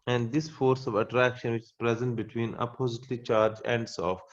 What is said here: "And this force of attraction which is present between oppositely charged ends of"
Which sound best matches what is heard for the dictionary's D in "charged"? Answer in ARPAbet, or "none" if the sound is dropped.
none